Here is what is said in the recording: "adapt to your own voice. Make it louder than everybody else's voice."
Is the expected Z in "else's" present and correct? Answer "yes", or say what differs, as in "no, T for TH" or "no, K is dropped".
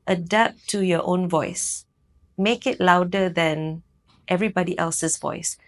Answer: no, S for Z